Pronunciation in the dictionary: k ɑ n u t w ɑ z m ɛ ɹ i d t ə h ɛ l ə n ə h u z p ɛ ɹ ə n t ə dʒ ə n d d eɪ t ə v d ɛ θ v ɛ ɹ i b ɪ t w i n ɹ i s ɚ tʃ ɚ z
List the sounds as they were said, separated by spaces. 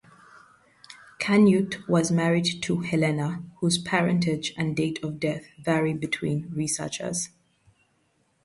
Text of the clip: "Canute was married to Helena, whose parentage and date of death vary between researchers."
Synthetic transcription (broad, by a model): k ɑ n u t w ɑ z m ɛ ɹ i d t ə h ɛ l ə n ə h u z p ɛ ɹ ə n t ə dʒ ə n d d eɪ t ə v d ɛ θ v ɛ ɹ i b ɪ t w i n ɹ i s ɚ tʃ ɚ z